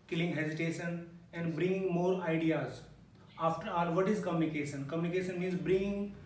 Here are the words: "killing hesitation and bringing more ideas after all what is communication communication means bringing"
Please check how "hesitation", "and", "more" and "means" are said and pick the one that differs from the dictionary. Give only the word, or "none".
none